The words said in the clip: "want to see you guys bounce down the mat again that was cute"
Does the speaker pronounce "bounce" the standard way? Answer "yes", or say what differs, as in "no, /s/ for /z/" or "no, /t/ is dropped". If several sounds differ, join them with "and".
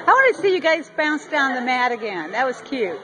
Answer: yes